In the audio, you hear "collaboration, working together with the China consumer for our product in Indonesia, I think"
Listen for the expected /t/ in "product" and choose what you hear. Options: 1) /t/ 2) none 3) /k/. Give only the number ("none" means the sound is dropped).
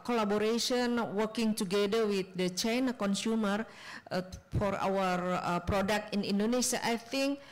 1